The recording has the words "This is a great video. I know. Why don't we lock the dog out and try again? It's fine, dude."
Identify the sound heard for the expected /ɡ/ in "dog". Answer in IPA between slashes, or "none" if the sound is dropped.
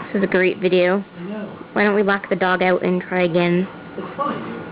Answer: /ɡ/